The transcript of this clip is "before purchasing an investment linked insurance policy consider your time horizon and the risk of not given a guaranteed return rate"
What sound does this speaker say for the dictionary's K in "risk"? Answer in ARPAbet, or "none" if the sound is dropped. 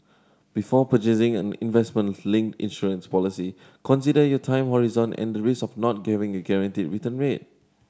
none